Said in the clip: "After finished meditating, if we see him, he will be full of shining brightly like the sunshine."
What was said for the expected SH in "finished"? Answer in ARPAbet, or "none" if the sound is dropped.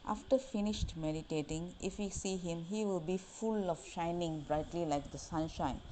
SH